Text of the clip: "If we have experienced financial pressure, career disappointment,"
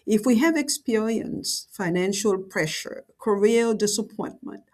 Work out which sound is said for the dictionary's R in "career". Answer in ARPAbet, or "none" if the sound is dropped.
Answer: L